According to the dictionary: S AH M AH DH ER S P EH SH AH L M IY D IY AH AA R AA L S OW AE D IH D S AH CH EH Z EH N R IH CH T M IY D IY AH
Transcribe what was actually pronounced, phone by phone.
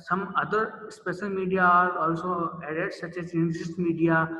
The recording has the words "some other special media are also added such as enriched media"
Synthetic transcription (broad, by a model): S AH M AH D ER S P EH SH AH L M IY D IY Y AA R AA L S OW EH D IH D S AH CH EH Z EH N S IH S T M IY D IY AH